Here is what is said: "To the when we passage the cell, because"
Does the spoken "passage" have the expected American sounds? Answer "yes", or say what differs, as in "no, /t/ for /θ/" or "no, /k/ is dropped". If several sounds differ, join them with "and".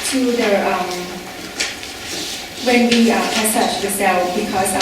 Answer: no, /tʃ/ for /dʒ/